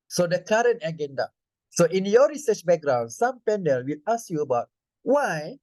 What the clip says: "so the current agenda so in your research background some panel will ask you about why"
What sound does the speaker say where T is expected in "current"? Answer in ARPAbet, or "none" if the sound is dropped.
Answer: T